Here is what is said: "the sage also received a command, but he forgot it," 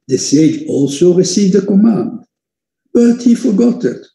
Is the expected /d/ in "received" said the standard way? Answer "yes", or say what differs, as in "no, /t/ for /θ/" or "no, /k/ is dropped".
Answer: yes